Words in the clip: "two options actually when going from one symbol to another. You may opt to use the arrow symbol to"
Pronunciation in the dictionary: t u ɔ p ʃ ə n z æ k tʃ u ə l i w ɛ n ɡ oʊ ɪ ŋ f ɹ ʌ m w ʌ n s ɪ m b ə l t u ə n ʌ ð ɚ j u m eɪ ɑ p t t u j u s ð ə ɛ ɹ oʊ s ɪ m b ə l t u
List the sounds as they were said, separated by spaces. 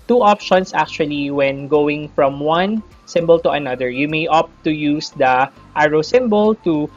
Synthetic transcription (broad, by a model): t u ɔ p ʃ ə n s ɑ k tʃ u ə l i w ɛ n ɡ oʊ ɪ ŋ f ɹ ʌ m w ʌ n s ɪ m b ə l t u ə n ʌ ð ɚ j u m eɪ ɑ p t t u j u s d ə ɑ ɹ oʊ s ɪ m b ə l t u